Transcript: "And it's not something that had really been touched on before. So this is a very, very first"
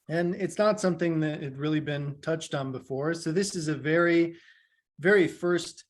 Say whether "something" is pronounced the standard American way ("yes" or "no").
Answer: yes